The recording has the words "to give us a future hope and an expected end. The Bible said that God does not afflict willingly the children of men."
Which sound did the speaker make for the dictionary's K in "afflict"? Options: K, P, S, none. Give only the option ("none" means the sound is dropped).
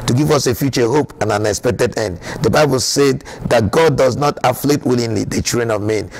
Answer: none